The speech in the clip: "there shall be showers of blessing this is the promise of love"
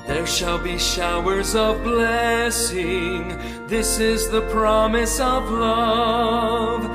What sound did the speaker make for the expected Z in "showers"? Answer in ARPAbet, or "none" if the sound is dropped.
Z